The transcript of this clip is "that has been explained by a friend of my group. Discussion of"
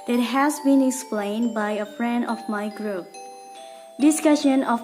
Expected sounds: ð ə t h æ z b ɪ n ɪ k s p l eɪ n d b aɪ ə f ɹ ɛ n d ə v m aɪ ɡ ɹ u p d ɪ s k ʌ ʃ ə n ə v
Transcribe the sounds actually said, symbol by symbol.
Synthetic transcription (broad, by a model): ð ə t h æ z b ɪ n ɪ k s p l eɪ n d b aɪ ə f ɹ ɛ n d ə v m aɪ ɡ ɹ u p d ɪ s k ʌ ʃ ə n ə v